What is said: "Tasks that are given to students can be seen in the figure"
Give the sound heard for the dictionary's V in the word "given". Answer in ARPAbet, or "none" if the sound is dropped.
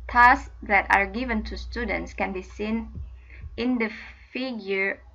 V